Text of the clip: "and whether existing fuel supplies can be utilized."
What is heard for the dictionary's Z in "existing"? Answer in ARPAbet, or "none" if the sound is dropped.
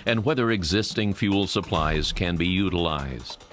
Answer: Z